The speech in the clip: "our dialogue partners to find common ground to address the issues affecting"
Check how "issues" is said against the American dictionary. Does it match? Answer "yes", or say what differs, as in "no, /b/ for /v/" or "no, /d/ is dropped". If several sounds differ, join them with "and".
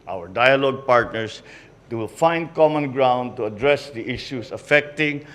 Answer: no, /s/ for /z/